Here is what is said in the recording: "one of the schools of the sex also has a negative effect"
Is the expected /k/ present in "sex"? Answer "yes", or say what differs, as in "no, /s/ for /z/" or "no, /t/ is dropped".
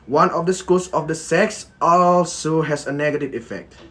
yes